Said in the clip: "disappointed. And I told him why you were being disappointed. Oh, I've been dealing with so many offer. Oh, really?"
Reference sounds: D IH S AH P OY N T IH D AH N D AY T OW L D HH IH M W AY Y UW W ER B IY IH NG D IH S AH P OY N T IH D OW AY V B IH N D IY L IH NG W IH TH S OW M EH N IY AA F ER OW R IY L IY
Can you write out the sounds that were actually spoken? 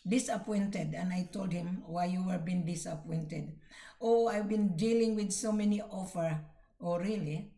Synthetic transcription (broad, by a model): D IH S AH P OY N T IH D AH N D AY T OW L D HH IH M W AY Y UW W ER B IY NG D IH S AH P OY N T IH D OW AY V B IH N D IY L IH NG W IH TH S OW M EH N IY AA F ER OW R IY L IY